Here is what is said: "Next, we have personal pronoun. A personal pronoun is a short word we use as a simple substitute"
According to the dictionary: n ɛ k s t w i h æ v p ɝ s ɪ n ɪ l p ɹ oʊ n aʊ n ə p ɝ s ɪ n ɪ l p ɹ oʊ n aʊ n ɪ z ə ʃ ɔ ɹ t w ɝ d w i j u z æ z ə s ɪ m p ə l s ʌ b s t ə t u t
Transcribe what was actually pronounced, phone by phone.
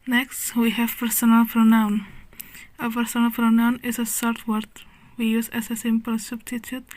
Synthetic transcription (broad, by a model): n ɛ k s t w i h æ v p ɝ s ɪ n ɪ l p ɹ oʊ n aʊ n ə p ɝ s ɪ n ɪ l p ɹ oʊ n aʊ n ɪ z ə s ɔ ɹ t w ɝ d w i j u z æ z ə s ɪ m p ə l s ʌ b s t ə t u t